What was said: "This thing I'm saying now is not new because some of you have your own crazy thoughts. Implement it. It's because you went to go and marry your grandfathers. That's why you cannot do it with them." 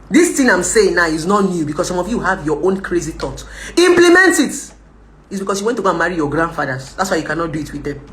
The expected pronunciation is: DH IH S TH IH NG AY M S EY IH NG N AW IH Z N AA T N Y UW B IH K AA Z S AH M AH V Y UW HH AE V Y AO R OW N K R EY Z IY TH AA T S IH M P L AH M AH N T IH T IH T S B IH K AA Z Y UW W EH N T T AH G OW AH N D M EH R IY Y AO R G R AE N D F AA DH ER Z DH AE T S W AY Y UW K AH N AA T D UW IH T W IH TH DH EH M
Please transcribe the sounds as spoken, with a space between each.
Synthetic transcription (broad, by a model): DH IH S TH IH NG AY M S EY IH NG N AW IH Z N AA T N Y UW B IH K AA S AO M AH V Y UW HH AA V Y AO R OW N K R EY Z IY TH AA T IH M P L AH M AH N T IH T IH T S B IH K AA S Y UW W EH N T T AH G OW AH N M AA R IY Y AO G R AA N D F AA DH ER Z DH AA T S W AY Y UW K AH N AA T D UW IH T W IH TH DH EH M